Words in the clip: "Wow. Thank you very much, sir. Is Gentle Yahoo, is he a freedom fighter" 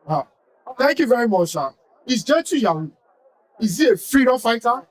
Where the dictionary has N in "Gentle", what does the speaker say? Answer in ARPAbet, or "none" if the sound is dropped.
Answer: none